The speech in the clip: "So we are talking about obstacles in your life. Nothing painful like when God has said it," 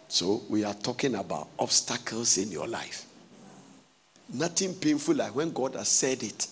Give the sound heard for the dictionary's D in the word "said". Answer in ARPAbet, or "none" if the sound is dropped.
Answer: D